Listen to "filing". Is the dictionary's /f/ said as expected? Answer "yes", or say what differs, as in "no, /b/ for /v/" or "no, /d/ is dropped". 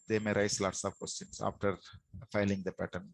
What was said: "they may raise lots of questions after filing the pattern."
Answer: yes